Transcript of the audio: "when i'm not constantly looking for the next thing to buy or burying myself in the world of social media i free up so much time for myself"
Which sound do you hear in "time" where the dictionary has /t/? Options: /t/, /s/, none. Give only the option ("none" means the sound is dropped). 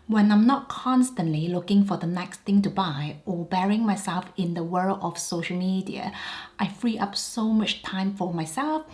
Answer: /t/